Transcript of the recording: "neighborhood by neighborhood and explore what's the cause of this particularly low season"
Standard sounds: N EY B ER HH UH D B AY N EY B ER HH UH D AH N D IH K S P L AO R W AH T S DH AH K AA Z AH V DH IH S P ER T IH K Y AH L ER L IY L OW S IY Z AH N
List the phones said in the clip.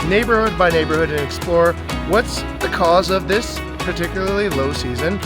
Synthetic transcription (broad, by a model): N EY B ER HH UH D B AY N EY B ER HH UH D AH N IH K S P L AO R W AH T S DH AH K AA Z AH V DH IH S P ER T IH K Y L ER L IY L OW S IY Z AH N